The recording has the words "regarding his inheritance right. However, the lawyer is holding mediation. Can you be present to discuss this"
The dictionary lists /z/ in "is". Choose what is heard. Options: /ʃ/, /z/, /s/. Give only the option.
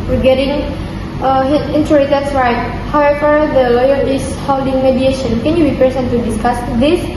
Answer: /s/